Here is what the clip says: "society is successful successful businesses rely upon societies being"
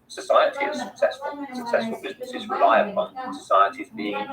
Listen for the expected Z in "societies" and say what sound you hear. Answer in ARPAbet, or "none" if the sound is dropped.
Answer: Z